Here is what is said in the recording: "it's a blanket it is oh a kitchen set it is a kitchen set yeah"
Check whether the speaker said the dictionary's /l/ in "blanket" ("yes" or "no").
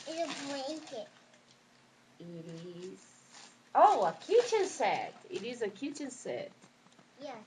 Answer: no